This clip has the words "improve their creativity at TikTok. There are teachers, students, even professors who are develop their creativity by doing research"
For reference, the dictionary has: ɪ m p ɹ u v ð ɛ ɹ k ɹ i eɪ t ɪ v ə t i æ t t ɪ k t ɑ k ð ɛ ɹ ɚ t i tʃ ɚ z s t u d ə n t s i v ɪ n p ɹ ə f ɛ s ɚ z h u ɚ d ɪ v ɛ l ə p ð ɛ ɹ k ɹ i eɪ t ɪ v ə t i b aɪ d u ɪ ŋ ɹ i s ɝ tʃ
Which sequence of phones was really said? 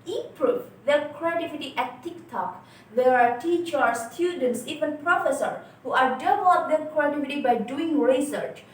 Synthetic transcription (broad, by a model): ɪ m p ɹ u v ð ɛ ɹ k ɹ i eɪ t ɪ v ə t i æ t t ɪ k t ɑ k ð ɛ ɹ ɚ t i tʃ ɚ s t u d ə n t s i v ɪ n p ɹ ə f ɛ s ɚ h u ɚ d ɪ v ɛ l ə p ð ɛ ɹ k ɹ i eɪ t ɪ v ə t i b aɪ d u ɪ ŋ ɹ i s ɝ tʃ